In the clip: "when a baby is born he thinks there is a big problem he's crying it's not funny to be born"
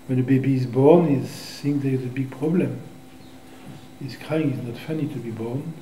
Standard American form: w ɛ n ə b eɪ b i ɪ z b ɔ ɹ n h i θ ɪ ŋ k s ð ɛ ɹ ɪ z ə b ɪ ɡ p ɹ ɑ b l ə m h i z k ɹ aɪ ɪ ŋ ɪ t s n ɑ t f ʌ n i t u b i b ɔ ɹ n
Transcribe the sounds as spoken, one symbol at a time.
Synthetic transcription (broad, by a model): w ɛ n ə b eɪ b i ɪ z b ɔ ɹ n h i s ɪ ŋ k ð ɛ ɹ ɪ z ə b ɪ ɡ p ɹ ɑ b l ə m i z k ɹ aɪ ɪ ŋ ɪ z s n ɑ t f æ n i t u b i b ɔ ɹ n